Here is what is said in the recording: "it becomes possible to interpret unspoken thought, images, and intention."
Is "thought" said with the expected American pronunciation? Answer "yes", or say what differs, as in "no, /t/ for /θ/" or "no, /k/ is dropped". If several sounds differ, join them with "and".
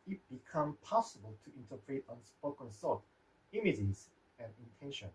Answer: no, /s/ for /θ/